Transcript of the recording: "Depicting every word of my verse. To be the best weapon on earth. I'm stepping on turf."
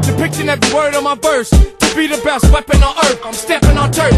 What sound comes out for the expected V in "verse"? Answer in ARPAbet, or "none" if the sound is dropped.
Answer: B